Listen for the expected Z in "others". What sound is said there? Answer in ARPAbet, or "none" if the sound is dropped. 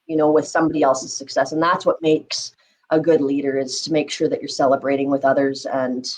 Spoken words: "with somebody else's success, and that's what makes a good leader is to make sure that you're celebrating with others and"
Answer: Z